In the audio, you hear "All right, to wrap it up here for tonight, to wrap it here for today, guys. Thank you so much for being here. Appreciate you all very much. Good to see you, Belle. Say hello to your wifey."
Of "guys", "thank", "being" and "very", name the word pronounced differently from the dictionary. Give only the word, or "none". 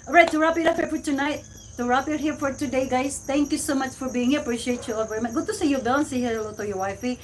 thank